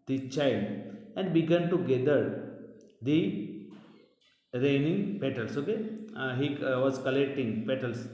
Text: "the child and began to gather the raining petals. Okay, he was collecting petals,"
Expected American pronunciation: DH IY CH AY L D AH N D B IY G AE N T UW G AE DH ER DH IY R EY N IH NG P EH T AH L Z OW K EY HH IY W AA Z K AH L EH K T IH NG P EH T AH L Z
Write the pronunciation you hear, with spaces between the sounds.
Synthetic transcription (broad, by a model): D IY CH AY L D AH N D B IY G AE N T UW G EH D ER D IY R EY N IH NG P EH T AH L S OW K EY HH IY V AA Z K AH L EH K T IH NG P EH T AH L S